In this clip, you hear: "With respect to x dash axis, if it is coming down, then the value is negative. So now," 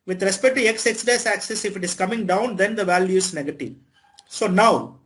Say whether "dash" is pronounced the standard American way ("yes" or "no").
no